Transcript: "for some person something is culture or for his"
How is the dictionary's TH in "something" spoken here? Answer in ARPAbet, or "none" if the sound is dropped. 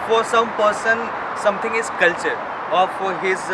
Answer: T